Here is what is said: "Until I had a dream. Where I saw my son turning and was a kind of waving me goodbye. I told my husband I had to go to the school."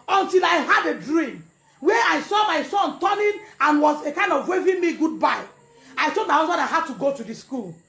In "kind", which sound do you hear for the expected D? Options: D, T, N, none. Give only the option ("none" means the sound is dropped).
D